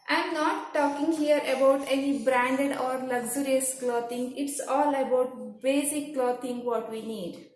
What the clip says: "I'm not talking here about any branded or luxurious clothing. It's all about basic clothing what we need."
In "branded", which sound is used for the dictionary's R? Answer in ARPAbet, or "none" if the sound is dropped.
R